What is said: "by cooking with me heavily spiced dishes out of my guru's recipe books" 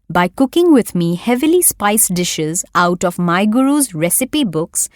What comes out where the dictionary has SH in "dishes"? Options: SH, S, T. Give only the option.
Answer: SH